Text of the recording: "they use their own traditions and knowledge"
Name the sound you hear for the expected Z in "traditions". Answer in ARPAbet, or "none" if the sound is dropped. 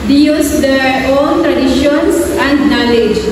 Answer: S